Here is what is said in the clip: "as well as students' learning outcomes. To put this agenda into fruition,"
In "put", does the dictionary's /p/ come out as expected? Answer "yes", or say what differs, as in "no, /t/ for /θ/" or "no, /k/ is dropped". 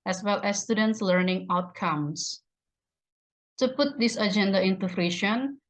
yes